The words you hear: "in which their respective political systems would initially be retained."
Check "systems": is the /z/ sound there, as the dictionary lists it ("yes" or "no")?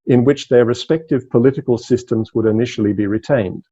yes